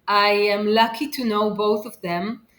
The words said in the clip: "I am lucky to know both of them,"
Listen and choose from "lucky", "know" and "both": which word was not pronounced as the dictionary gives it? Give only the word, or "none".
none